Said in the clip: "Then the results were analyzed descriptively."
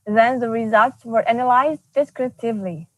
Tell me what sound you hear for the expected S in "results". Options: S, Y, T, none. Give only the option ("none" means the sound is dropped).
S